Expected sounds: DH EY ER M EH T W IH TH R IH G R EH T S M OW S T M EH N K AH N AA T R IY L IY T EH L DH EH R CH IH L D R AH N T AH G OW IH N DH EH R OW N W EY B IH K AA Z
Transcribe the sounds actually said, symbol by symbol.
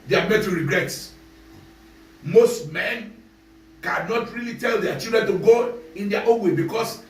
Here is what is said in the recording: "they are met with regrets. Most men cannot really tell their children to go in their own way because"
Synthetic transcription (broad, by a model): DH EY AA M EH T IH R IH G R EH T M OW S T M EH N K AH N AA T R IY L IY T EH L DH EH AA CH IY L D R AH N T AH G OW IH N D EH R OW N W EY B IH K AA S